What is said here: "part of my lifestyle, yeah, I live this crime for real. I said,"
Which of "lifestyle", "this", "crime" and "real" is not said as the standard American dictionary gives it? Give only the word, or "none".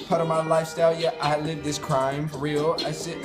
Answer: none